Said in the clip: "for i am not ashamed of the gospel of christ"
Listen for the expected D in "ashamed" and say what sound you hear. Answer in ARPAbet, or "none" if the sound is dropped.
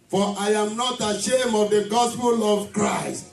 none